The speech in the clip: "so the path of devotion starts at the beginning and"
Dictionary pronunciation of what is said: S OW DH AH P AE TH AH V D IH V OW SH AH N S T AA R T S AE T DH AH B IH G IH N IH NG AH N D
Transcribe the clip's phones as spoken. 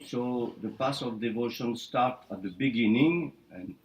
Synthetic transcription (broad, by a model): S OW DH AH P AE S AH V D IH V OW SH AH N S T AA R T AE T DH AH B IH G IH N IH NG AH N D